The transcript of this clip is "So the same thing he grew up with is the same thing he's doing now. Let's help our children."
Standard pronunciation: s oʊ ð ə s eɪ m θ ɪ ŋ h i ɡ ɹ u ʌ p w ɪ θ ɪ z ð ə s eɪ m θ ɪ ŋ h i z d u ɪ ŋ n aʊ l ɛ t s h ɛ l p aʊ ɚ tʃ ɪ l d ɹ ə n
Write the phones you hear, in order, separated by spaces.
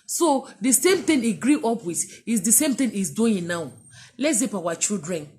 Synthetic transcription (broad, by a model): s oʊ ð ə s eɪ m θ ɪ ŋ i ɡ ɹ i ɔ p w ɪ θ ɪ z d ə s eɪ m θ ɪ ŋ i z d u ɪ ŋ n aʊ l ɛ t s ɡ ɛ p aʊ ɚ tʃ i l d ɹ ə n